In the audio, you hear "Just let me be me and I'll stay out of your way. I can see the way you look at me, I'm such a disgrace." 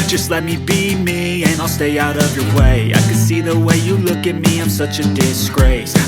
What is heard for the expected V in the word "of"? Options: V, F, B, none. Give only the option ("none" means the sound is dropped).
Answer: V